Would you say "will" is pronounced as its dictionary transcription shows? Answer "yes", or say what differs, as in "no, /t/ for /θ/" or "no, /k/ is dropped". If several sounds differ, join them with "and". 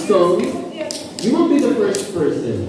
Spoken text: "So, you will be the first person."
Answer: no, /n/ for /l/